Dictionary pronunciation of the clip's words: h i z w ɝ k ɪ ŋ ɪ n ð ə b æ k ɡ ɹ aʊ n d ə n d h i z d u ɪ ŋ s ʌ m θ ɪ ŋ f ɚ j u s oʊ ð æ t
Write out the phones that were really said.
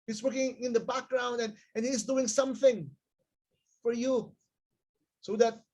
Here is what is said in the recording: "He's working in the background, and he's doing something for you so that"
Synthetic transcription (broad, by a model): h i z w ɝ k ɪ ŋ ɪ n ð ə b æ k ɡ ɹ aʊ n d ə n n h i z d u ɪ ŋ s ʌ m θ ɪ ŋ f ɚ j u s oʊ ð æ t